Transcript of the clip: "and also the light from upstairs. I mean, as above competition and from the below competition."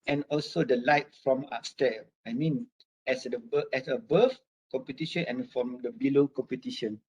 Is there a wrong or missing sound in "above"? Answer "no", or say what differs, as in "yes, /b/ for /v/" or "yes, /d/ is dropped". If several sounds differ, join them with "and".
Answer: yes, /f/ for /v/